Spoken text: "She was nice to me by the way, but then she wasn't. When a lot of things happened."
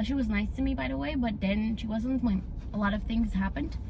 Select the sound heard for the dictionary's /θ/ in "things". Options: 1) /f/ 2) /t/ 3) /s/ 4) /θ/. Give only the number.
4